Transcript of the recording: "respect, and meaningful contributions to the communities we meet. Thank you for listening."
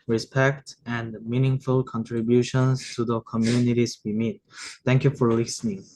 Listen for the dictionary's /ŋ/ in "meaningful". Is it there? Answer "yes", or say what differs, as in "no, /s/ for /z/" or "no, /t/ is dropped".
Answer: yes